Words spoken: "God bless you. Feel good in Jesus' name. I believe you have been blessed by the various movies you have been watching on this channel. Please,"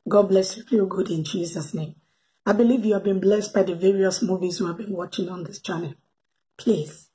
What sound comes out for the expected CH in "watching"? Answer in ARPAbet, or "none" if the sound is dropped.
CH